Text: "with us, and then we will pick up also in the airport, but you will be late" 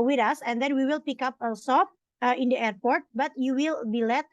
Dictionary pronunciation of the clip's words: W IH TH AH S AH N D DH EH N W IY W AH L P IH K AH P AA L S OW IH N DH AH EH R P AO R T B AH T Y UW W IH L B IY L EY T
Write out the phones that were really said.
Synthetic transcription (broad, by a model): W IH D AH S AH N D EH N W IY W AH L P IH K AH P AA S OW IH N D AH EH R P AO R T B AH T Y UW W IH L B IY L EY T